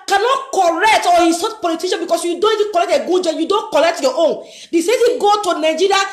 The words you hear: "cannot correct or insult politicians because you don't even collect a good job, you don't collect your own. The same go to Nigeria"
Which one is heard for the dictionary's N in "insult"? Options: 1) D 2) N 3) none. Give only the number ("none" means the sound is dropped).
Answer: 3